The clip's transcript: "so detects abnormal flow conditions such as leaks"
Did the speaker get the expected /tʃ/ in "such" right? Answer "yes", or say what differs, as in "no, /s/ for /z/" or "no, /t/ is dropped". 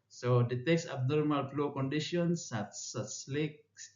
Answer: no, /s/ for /tʃ/